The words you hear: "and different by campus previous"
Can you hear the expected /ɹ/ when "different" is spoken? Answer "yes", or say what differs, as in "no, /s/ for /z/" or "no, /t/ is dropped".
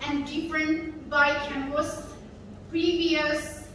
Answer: yes